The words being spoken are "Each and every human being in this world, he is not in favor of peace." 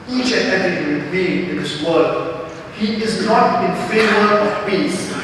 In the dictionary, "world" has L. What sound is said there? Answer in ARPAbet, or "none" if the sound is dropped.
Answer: none